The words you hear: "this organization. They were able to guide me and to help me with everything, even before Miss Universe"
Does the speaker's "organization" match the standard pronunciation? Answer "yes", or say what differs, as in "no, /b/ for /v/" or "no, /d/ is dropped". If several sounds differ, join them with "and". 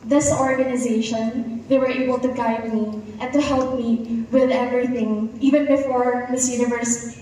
yes